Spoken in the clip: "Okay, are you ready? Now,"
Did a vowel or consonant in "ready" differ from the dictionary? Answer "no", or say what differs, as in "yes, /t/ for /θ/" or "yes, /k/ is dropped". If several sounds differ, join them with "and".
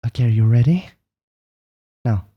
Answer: no